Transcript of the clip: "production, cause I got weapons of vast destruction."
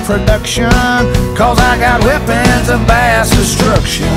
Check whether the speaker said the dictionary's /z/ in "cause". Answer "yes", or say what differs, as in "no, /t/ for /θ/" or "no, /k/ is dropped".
yes